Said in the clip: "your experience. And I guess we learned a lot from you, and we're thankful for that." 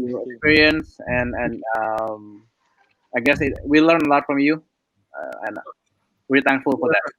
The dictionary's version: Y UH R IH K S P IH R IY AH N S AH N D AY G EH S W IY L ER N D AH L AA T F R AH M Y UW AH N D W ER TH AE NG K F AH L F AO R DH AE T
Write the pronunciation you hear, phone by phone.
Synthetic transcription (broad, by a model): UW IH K S P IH R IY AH N S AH N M AY G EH S W IY L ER N AH L AA T F R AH M Y UW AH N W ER T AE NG K F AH L F AO R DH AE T